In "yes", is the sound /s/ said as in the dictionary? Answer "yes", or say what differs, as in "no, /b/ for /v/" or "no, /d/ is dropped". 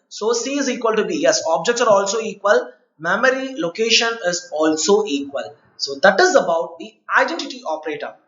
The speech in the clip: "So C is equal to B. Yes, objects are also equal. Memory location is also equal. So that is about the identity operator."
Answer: yes